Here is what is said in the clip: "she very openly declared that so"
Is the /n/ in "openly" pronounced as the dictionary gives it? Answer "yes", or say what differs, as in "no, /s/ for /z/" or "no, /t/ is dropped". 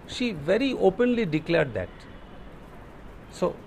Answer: yes